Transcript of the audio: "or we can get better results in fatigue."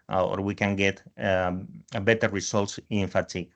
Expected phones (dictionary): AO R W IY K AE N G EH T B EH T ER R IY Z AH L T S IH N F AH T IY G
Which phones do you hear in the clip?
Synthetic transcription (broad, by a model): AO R W IY K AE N G EH T B EH T ER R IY S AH L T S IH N F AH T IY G